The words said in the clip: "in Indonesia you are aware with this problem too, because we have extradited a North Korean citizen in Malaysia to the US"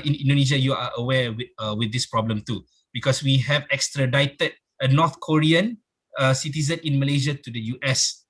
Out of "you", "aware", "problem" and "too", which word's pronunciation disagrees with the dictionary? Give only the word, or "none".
aware